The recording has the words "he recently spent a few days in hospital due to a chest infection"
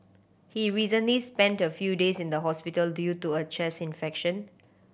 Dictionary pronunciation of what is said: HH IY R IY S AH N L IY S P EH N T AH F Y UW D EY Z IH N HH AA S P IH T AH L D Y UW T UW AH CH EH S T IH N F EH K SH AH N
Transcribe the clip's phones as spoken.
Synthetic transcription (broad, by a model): HH IY R IY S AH N L IY S P EH N T AH F Y UW D EY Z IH N HH AA S P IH T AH L D Y UW T UW AH CH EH S IH N F EH K SH AH N